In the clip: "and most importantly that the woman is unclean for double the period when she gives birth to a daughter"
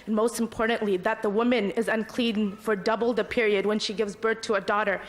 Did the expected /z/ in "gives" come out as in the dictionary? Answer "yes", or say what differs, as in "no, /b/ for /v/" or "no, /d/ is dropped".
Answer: yes